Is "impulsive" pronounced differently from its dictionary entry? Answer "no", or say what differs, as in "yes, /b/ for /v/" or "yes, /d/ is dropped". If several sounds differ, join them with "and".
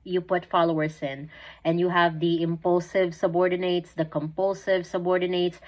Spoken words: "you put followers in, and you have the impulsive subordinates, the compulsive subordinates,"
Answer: no